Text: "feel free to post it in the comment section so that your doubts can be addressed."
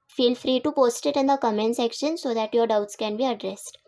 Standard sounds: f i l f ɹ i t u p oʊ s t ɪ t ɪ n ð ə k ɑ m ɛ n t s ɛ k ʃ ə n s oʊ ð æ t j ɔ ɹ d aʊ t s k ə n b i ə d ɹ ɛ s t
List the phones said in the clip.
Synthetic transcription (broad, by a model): f i l f ɹ i t u p oʊ s t ɪ t ɪ n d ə k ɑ m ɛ n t s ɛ k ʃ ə n s oʊ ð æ t j ɔ ɹ d aʊ t s k ə n b i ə d ɹ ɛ s t